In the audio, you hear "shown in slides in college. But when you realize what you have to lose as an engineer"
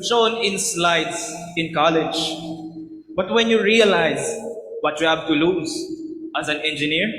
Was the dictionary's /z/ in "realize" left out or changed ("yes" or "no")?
no